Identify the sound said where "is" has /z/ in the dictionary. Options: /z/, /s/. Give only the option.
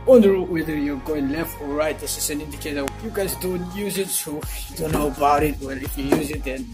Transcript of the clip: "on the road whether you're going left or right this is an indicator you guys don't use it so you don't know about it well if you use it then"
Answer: /s/